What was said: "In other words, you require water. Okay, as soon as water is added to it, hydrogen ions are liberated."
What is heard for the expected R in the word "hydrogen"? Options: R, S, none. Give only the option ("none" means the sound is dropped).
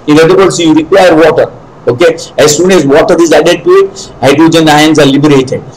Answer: none